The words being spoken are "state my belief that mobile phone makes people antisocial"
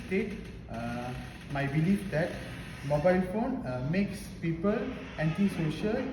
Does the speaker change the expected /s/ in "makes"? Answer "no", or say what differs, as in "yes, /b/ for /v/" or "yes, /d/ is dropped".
no